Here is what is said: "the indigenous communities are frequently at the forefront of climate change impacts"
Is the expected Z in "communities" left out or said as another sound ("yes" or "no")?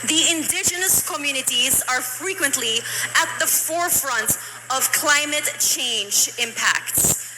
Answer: no